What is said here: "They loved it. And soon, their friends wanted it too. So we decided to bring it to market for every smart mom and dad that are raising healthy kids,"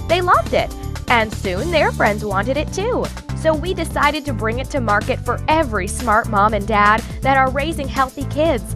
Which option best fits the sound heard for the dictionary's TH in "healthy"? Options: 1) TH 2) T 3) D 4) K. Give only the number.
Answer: 1